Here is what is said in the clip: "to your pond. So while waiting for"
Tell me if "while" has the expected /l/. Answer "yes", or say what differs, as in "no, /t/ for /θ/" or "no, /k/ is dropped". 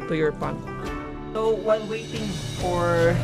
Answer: no, /n/ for /l/